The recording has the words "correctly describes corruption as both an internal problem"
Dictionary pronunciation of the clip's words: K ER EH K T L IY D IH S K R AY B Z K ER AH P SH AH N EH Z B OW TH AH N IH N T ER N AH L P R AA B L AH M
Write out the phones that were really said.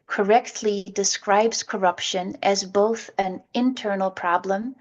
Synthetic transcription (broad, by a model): K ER EH K T L IY D IH S K R AY B Z K ER AH P SH AH N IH Z B OW TH AH N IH N T ER N L P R AA B L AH M